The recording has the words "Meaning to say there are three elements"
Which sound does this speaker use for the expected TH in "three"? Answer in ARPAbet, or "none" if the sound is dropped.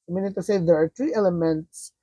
T